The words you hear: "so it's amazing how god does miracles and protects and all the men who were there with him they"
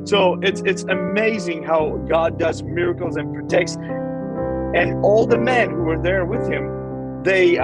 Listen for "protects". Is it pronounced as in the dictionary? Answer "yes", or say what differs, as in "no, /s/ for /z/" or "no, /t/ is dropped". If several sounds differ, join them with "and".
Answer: yes